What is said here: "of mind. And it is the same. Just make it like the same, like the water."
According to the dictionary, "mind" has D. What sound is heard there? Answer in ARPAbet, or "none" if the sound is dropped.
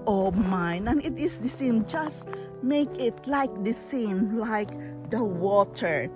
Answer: none